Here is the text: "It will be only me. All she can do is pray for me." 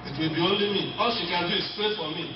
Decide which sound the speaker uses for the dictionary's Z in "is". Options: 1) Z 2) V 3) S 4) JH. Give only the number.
3